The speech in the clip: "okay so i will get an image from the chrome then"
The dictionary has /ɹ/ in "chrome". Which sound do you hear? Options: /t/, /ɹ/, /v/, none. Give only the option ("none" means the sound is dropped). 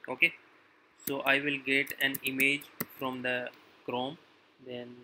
/ɹ/